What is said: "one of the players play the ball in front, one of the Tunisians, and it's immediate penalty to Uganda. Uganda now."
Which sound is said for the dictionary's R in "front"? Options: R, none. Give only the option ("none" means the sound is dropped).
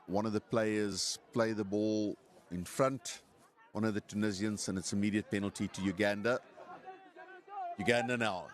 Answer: R